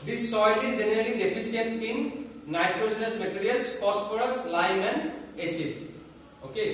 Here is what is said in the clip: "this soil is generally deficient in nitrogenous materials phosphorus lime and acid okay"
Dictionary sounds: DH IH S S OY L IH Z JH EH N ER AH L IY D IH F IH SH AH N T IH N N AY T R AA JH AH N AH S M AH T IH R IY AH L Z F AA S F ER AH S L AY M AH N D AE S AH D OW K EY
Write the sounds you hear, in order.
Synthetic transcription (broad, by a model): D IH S S OY L IH Z JH EH N ER AH L IY D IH P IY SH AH T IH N N AY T R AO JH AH N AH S M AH T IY R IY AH L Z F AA S P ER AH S L AY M AH N D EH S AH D OW K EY